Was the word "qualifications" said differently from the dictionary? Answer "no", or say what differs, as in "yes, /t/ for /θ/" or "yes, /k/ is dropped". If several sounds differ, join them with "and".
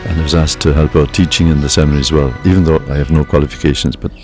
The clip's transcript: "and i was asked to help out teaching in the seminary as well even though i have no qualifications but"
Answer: no